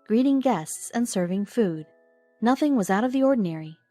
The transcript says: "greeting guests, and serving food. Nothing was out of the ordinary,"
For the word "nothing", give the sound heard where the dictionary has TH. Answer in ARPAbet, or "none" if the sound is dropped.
TH